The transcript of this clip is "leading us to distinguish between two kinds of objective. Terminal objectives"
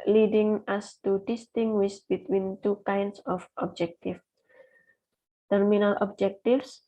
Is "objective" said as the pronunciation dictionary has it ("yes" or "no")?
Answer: no